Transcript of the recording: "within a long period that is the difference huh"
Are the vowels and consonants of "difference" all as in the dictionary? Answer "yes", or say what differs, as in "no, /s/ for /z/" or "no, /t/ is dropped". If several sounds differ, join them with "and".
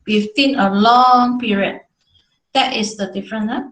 no, /s/ is dropped